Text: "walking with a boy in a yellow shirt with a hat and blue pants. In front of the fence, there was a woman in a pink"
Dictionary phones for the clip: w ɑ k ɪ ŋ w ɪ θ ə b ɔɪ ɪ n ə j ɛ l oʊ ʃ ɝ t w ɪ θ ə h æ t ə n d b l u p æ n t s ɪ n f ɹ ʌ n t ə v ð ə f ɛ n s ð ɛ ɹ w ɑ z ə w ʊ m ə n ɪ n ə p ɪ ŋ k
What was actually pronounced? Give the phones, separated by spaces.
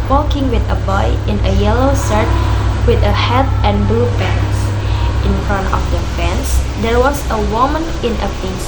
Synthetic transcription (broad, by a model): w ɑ k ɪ ŋ w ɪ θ ə b ɔɪ ɪ n ə j ɛ l oʊ s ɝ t w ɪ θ ə h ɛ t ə n b l u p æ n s ɪ n f ɹ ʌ n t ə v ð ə f ɛ n s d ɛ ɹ w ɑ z ə w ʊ m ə n ɪ n ə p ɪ